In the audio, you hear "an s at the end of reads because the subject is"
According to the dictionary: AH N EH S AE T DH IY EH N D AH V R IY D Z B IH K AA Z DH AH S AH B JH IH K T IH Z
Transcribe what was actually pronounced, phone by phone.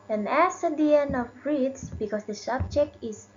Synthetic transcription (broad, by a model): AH N EH S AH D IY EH N AH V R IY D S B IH K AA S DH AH S AH B JH IH K T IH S